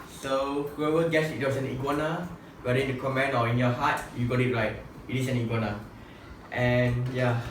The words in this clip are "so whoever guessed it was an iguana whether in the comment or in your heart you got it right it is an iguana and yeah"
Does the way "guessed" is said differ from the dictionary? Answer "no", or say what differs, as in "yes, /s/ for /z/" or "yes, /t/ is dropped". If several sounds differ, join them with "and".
yes, /t/ is dropped